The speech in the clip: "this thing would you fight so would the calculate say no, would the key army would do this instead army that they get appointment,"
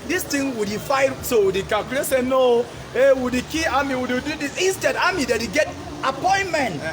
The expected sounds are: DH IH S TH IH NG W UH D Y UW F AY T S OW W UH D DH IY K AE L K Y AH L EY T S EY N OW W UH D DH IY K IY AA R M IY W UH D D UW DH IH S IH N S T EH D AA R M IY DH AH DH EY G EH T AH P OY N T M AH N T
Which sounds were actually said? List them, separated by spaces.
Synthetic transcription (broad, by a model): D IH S T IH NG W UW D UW F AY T S OW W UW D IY K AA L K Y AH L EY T S EY N OW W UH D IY K IY AA M IY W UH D D UW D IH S IH N S T EH D AA M IY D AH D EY G EH T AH P OY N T M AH N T